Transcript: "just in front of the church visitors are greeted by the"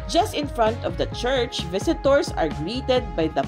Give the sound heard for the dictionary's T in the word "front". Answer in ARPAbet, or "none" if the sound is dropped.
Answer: T